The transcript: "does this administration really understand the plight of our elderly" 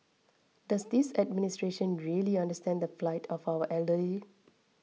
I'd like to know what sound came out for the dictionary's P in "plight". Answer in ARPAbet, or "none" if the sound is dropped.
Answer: F